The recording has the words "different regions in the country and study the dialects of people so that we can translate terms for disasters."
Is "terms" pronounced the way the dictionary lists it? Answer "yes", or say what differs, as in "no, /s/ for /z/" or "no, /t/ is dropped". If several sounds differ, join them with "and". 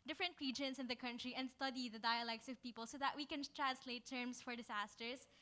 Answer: no, /s/ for /z/